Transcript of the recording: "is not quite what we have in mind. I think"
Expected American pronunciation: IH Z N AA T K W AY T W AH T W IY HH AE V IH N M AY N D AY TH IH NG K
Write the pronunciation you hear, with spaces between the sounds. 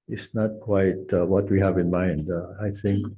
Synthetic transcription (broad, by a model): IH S N AA T K W AY T W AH T W IY HH AE V IH N M AY N D AY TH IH NG K